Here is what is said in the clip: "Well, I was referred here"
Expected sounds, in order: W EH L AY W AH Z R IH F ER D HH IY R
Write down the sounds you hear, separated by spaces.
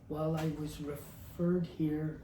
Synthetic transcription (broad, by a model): W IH L AY W AH Z R IH F ER D HH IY R